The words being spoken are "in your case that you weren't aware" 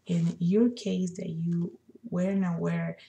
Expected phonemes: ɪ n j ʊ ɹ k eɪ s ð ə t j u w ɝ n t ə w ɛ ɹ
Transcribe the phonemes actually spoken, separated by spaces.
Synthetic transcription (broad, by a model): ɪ n j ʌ ɹ k eɪ s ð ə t j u w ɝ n ə w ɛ ɹ